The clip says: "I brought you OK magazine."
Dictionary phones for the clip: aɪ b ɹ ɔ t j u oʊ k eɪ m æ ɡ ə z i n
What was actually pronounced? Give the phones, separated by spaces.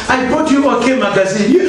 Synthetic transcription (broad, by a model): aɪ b ɔ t j u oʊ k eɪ m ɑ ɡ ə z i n